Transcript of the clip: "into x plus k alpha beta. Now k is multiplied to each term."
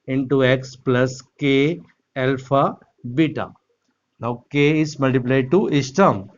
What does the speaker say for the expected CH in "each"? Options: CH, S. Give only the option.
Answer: S